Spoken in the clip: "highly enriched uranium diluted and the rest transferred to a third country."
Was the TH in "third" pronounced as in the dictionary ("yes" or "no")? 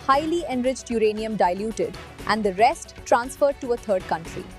no